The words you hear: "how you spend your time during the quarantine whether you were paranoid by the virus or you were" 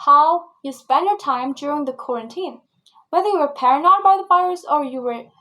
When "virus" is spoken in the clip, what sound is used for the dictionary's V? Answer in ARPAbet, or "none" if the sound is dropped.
B